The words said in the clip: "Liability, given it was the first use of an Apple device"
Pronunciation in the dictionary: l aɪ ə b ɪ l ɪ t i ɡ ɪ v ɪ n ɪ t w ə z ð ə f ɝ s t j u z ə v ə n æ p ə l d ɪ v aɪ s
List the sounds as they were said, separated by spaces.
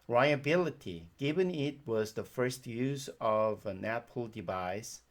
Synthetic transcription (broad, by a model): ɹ aɪ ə b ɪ l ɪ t i ɡ ɪ v ɪ n ɪ t w ə z ð ə f ɝ s t j u z ə v ə n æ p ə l d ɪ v aɪ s